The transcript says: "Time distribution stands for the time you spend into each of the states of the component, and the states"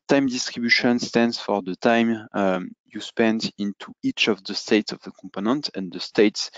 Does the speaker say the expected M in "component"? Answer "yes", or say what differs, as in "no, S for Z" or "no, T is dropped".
yes